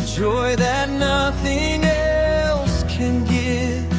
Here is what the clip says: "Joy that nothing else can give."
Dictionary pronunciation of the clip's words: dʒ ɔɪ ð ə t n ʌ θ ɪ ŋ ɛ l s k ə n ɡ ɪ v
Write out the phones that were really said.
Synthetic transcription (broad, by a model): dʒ ɔɪ ð ə t n ʌ θ ɪ ŋ ɛ l s k ə n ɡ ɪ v